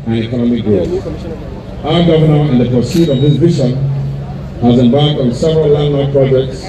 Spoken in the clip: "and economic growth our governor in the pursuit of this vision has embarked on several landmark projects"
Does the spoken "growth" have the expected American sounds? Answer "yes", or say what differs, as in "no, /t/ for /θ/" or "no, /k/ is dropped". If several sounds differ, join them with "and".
no, /s/ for /θ/